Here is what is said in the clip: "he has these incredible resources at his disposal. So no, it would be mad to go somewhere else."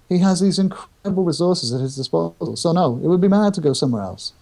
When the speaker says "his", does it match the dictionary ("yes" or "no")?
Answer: yes